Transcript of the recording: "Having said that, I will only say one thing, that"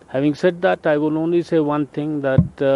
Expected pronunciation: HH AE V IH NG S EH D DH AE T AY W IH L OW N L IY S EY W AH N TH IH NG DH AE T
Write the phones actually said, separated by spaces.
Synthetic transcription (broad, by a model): HH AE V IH NG S EH D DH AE T AY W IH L OW N L IY S EY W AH N T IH NG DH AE T